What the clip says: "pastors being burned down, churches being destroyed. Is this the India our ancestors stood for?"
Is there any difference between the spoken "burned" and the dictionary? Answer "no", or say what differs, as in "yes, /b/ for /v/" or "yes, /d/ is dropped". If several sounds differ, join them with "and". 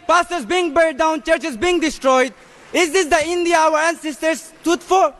yes, /n/ is dropped